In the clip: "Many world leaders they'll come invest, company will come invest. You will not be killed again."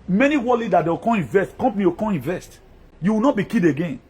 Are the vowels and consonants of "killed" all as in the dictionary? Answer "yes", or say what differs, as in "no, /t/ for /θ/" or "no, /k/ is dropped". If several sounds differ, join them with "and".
no, /l/ is dropped